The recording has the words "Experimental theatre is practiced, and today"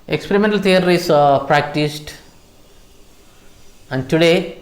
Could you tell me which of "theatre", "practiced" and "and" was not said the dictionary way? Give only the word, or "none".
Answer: theatre